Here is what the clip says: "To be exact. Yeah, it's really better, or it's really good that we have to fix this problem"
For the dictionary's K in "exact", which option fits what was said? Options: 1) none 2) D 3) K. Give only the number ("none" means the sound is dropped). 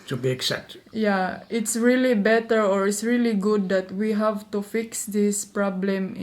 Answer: 1